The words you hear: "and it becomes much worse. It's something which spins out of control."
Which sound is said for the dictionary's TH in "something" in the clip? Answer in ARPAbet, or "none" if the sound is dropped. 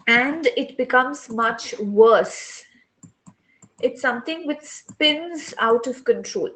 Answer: T